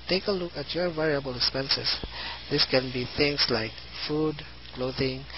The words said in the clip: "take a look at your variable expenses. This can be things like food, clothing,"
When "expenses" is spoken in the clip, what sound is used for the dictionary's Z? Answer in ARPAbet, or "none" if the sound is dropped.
S